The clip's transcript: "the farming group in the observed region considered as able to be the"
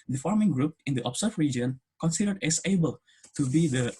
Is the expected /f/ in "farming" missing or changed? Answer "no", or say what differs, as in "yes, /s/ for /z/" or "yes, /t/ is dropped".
no